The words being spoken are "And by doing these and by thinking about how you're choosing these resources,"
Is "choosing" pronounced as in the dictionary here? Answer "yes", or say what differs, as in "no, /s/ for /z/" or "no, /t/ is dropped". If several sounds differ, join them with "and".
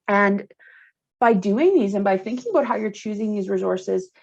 yes